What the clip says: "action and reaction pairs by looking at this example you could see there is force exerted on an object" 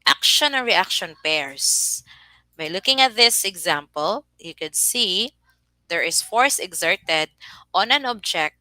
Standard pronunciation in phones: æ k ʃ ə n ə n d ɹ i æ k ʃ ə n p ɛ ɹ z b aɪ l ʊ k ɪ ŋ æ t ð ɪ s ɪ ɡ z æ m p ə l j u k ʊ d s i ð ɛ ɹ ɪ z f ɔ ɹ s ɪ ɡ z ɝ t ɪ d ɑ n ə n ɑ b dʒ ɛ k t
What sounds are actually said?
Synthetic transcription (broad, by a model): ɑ k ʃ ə n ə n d ɹ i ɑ k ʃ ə n p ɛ ɹ s b aɪ l ʊ k ɪ ŋ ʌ t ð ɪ s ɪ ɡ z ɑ m p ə l j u k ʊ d s i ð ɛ ɹ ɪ s f ɔ ɹ s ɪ ɡ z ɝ t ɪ d ɑ n ə n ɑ b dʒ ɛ k t